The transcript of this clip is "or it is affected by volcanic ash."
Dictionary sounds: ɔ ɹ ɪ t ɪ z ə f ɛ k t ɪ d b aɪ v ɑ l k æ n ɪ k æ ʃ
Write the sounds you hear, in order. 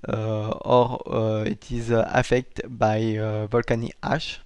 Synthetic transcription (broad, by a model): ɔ ɹ ɪ t ɪ z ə f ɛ k t b aɪ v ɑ l k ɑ n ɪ ɑ ʃ